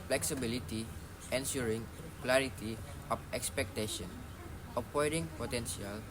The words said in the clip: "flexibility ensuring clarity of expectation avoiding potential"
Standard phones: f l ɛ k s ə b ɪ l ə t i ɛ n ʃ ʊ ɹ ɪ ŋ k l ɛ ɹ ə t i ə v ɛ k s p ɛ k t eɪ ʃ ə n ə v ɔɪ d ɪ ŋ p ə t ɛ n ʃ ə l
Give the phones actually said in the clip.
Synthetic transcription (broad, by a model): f l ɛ k s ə b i l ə t i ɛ n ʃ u ɹ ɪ ŋ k l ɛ ɹ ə t i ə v ɛ k s p ɛ k t eɪ ʃ ə n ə p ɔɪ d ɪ ŋ p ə t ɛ n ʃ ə l